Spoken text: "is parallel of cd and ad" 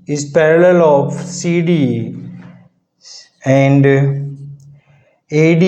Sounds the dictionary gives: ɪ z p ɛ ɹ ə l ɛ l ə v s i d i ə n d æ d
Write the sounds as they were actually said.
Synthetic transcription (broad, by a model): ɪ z p ɛ ɹ ə l ɛ l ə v s i d i ə n d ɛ d